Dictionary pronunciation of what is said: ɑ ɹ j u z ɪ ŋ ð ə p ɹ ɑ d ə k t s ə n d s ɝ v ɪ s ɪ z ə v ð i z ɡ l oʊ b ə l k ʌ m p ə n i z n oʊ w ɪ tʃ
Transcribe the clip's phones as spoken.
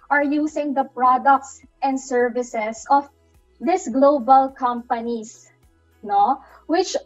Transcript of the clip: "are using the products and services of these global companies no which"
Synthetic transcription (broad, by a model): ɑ ɹ j u s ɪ ŋ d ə p ɹ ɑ d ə k t s ə n d s ɝ v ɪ s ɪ s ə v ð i s ɡ l oʊ b ə l k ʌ m p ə n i s n oʊ w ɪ tʃ